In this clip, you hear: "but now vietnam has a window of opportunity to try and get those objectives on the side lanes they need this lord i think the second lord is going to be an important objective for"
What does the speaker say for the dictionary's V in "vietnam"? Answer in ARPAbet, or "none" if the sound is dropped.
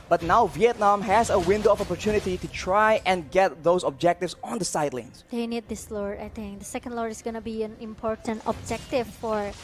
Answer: V